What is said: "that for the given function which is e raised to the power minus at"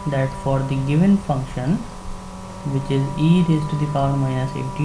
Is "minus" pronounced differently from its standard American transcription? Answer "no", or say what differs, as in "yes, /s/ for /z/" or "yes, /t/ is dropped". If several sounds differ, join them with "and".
yes, /n/ is dropped